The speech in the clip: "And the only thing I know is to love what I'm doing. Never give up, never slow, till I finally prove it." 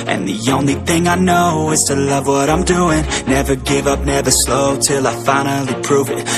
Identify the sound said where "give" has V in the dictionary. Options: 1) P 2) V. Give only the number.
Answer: 2